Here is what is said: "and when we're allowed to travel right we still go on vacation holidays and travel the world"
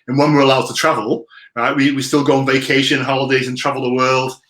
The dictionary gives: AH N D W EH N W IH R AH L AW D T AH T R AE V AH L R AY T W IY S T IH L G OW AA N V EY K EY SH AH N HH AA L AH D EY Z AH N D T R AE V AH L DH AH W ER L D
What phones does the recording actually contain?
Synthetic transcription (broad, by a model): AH N W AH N W IH R AH L AW D T AH T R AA V AH L R AY T W IY S T IH L G OW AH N V EY K EY SH AH N HH AA L AH D EY Z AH N T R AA V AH L DH AH W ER L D